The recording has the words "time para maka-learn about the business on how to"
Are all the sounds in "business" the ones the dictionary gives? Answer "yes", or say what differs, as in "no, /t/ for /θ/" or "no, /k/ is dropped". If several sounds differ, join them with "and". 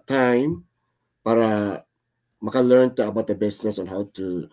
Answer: no, /s/ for /z/